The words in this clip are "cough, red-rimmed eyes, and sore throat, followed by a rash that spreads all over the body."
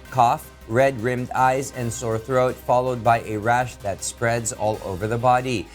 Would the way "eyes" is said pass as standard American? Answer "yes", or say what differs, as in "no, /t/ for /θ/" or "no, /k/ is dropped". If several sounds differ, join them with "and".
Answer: yes